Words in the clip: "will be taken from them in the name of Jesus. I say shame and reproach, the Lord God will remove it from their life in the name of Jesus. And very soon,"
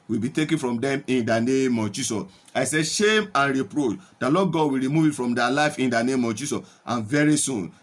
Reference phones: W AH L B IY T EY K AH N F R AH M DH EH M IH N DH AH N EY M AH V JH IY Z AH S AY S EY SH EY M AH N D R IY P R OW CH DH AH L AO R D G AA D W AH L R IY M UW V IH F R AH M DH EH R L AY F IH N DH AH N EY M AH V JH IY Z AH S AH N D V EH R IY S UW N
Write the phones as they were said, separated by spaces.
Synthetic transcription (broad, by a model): W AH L B IY T EY K AH N F R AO M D EH M IH N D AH N EY M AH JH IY S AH S AY S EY SH EY M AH N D R IY P R OW CH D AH L AO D G AA D W AH L R IY M UW V IH F R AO M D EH L AY F IH N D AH N EY M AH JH IY S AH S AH N V EH R IY S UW N